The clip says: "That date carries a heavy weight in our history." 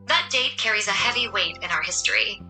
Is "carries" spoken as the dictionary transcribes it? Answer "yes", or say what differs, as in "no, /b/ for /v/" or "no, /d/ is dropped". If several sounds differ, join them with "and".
yes